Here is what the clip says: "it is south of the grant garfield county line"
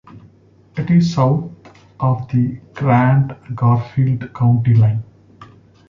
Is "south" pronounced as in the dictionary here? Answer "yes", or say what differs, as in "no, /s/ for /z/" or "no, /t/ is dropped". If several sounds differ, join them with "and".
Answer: no, /t/ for /θ/